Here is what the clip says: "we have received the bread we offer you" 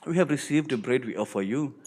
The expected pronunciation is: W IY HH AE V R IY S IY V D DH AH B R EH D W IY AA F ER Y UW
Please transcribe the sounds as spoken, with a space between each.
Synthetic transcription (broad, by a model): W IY HH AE V R IY S IY V D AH B R EH D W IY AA F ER Y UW